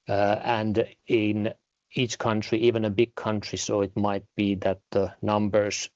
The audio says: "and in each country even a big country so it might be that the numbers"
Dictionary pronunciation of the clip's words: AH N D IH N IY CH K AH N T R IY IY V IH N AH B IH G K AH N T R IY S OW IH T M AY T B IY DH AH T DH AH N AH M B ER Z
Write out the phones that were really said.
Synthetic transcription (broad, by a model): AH N D IH N IY CH K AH N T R IY IY V IH N AH B IH G K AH N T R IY S OW IH T M AY T B IY DH AH T DH AH N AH M B ER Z